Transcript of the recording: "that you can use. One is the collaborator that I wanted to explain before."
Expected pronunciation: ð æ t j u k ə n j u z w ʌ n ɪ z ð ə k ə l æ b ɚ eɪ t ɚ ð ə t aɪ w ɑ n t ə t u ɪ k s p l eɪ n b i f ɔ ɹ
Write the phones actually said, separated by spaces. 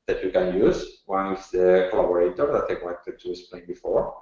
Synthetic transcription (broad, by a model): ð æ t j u k ə n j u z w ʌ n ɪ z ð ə k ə l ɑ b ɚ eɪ t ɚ ð ə t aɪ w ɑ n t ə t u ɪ s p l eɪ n b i f ɔ ɹ